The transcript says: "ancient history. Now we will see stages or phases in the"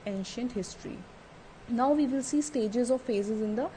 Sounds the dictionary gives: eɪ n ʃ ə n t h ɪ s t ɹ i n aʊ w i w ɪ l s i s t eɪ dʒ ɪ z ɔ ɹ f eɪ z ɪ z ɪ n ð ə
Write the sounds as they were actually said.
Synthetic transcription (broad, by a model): eɪ n ʃ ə n t h ɪ s t ɹ i n aʊ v i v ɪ l s i s t eɪ dʒ ɪ z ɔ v f eɪ z ɪ z ɪ n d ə